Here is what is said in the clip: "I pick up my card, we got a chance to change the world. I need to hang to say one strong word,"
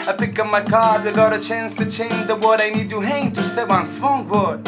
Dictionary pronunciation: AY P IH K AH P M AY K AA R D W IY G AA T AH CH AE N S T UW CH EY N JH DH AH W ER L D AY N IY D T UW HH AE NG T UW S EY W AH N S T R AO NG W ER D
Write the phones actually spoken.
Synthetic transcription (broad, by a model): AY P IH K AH M AY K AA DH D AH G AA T AH CH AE N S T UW CH EY N JH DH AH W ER D AY N IY D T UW HH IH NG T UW S EY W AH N S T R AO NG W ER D